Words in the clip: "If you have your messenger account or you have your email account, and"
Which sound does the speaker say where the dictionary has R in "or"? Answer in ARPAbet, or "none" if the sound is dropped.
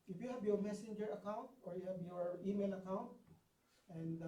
R